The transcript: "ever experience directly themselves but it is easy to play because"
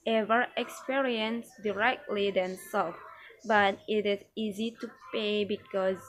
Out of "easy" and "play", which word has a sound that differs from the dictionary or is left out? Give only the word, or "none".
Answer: play